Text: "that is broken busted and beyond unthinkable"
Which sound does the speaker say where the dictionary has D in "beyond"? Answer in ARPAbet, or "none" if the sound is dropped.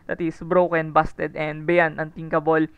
none